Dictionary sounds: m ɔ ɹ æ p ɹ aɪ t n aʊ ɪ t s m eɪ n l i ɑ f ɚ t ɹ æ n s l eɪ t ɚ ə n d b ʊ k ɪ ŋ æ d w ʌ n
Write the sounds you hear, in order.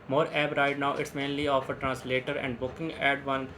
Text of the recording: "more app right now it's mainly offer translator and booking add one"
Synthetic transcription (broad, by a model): m ɔ ɹ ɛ b ɹ aɪ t n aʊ ɪ t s m eɪ n l i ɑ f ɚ t ɹ æ n s l eɪ t ɚ ə n d b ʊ k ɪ ŋ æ d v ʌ n